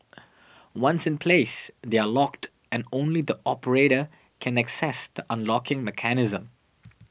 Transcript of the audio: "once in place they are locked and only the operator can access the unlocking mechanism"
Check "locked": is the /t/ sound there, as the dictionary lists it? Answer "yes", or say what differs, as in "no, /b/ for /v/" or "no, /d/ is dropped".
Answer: yes